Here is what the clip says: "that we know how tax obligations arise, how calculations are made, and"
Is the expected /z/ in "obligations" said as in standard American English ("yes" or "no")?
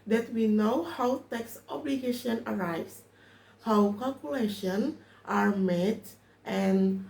no